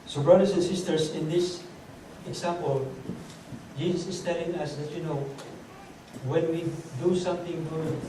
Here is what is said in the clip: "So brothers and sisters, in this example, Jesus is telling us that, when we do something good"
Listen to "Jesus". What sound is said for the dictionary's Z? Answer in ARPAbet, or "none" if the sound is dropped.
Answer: S